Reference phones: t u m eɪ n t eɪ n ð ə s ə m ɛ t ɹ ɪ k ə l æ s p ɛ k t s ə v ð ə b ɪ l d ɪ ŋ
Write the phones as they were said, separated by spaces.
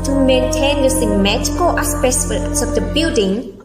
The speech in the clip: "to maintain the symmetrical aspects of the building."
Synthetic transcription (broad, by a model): t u m eɪ n t eɪ n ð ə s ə m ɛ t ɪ k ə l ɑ s p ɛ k s s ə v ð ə b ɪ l d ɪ ŋ